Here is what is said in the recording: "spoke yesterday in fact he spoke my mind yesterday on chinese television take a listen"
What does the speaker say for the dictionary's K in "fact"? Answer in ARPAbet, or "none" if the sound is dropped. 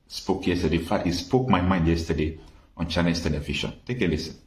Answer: none